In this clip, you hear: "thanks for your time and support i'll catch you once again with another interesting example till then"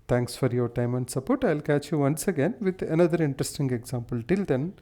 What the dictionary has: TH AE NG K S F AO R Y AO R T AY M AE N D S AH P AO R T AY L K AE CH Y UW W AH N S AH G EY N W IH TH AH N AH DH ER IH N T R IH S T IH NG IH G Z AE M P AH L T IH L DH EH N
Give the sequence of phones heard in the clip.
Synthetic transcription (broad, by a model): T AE NG K S F AO R Y AO R T AY M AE N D S AH P AO R T AY L K AE CH Y UW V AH N S AH G EY N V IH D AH N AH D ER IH N T R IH S T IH NG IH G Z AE M P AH L T IH L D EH N